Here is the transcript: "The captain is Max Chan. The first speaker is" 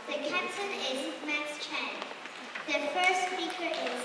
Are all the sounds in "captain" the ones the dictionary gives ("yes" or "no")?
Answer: no